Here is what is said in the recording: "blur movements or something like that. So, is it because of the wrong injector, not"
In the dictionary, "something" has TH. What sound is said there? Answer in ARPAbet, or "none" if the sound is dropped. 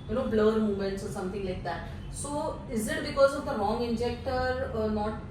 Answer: T